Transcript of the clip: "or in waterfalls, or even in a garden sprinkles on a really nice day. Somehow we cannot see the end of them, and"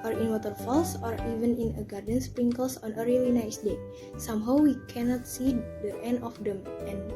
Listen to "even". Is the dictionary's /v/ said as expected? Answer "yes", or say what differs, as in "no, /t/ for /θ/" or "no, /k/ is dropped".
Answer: yes